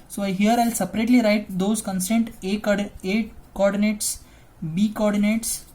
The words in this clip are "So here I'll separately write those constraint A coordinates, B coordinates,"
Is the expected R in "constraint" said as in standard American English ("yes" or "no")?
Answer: no